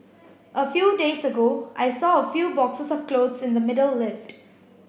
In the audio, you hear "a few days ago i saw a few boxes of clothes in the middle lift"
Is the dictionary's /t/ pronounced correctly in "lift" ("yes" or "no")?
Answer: yes